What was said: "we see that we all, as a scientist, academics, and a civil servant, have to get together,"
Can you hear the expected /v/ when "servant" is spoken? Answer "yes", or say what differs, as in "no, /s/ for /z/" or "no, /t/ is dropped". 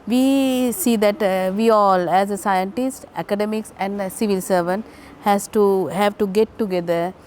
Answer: yes